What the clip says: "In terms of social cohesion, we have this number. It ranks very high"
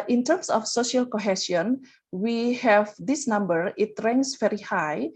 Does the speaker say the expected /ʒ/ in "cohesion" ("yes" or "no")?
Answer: no